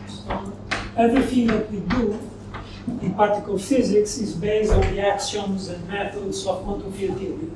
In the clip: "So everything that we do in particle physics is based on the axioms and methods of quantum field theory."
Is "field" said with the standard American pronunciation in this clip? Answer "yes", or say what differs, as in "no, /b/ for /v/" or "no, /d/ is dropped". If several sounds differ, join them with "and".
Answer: no, /l/ is dropped